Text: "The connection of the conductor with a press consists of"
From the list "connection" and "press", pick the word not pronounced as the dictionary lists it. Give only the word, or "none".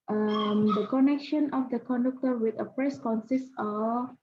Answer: none